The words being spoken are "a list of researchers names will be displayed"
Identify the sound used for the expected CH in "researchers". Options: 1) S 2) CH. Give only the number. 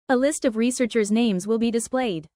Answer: 2